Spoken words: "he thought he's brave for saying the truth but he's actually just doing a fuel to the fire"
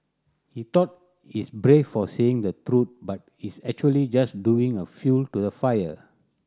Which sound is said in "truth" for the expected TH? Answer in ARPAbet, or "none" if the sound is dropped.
T